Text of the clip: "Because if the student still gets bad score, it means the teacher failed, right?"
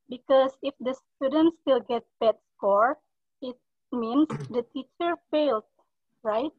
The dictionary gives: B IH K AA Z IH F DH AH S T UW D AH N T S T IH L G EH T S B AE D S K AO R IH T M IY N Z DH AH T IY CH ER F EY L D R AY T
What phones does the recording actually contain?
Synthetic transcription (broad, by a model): B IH K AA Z IH F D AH S T UW D AH N T S T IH L G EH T B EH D S K AO R IH T M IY N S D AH T IY CH ER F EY L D R AY T